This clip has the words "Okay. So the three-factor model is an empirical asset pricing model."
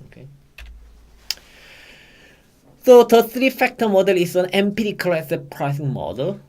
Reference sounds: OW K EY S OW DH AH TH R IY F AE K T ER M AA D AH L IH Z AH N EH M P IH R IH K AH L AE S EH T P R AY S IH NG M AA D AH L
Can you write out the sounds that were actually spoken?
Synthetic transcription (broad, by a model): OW K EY S OW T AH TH R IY F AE K T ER M AA D AH L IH S AH N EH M P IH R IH K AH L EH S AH P R AY S IH NG M AA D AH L